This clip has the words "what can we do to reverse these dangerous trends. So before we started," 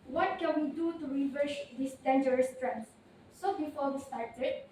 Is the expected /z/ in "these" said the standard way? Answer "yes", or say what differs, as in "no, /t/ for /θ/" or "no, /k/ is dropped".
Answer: no, /s/ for /z/